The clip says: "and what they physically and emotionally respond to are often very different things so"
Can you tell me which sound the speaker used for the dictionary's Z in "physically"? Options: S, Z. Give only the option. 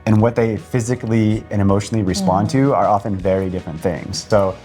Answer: Z